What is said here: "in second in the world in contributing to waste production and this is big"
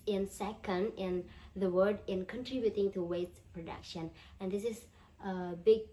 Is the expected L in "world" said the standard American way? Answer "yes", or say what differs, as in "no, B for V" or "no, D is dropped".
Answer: no, L is dropped